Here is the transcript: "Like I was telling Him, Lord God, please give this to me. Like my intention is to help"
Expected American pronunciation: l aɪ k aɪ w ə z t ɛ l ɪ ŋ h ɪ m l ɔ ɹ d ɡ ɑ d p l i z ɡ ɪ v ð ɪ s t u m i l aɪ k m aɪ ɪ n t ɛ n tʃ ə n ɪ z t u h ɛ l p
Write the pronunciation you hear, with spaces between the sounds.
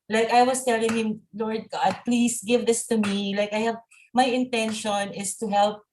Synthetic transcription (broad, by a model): l aɪ k aɪ w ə s t ɛ l ɪ ŋ h ɪ m l ɔ ɹ d ɡ ɑ d p l i s ɡ ɪ v ð ɪ s t u m i l aɪ k m aɪ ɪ n t ɛ n ʃ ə n ɪ s t u h ɛ l p